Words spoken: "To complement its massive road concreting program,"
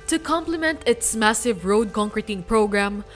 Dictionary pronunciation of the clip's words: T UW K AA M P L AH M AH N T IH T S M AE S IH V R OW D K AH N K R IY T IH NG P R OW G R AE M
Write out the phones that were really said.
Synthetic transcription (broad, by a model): T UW K AA M P L AH M AH N T IH T S M AE S IH V R OW D K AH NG K R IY T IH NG P R OW G R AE M